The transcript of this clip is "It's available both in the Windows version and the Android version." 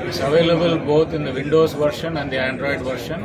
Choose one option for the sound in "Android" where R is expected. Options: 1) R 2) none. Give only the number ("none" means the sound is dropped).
1